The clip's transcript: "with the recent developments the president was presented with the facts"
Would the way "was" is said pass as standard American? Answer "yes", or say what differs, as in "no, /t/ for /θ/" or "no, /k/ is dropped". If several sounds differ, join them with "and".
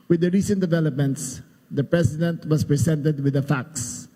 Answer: no, /s/ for /z/